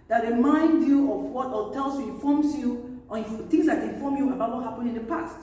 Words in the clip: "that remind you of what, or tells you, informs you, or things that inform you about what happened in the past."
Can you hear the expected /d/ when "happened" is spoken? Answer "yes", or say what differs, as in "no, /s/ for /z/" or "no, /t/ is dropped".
no, /d/ is dropped